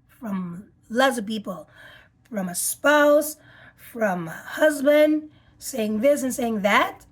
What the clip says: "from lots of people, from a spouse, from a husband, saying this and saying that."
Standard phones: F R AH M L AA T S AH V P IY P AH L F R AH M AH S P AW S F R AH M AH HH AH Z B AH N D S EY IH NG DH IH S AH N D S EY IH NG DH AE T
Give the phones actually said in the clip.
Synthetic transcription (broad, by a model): F R AH M L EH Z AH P IY P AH L F R AH M AH S P AW S F R AH M AH HH AH Z B AH N D S EY IH NG DH IH S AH N S EY IH NG DH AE T